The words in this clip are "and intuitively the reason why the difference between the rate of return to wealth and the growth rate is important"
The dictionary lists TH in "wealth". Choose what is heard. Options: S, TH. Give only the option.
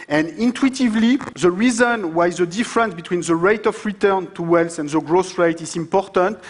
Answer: S